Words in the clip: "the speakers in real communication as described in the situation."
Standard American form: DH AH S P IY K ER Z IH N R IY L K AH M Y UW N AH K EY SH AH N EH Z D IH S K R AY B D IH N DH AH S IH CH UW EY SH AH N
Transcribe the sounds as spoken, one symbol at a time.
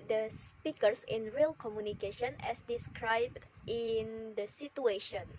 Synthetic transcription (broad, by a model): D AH S P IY K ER S IH N R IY L K AH M Y UW N AH K EY SH AH N EH S D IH S K R AY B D IH N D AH S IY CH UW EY SH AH N